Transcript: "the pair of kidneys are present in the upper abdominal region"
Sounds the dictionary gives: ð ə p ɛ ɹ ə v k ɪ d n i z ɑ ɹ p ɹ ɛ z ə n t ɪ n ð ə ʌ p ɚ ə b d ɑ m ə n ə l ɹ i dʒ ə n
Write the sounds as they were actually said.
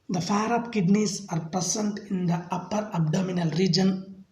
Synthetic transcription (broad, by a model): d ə f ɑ ɹ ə p k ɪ d n i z ɑ ɹ p ɹ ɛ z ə n t ɪ n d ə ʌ p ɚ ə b d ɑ m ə n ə l ɹ i dʒ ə n